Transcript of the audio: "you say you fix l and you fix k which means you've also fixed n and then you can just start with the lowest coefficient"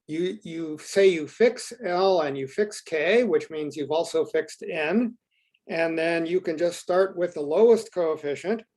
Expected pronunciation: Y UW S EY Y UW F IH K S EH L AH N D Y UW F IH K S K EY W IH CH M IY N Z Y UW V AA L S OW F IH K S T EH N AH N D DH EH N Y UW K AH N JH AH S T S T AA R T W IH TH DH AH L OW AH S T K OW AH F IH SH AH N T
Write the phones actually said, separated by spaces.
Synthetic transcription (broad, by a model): Y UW S EY Y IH F IH K S EH L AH N Y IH F IH K S K EY W IH CH M IY N Z Y UW V AA L S OW F IH K S T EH N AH N DH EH N Y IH K AH N JH AH S T S T AA R T W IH DH AH L OW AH S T K OW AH F IH SH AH N T